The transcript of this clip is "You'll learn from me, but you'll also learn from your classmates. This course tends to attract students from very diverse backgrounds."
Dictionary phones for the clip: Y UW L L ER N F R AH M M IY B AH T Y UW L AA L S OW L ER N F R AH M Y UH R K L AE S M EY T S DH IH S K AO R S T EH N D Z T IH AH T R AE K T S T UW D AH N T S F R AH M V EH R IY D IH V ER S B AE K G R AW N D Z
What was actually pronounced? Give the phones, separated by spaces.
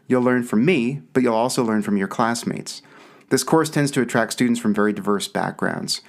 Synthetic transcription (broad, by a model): Y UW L L ER N F R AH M M IY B AH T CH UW L AA L S OW L ER N F R AH M Y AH R K L AE S M EY T S DH IH S K AO R S T EH N D Z T IH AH T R AE K T S T UW D N T S F R AH M V EH R IY D IH V ER S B AE K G R AW N D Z